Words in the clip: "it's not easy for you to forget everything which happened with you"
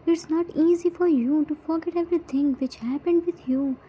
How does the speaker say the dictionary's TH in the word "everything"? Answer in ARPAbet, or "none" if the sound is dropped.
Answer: T